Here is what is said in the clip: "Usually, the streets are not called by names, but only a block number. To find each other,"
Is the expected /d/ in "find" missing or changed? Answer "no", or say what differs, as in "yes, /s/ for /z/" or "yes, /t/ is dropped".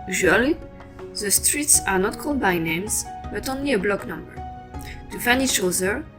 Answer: yes, /d/ is dropped